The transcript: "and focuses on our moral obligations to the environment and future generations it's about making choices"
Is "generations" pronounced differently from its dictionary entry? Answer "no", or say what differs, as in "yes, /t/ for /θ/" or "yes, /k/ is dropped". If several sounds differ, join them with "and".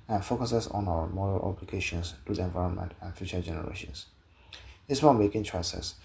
yes, /s/ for /z/